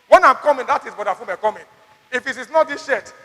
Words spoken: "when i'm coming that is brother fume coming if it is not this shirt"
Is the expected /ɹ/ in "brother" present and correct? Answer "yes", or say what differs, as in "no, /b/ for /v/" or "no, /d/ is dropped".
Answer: no, /ɹ/ is dropped